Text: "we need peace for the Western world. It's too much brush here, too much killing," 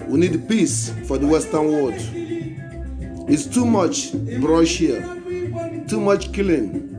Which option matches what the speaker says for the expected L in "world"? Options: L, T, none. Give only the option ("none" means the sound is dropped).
none